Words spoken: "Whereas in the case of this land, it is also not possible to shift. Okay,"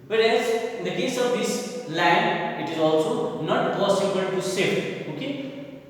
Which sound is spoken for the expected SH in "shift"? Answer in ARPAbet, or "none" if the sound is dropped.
S